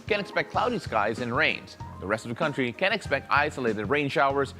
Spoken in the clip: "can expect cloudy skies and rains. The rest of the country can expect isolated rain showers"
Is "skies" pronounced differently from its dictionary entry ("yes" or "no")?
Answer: no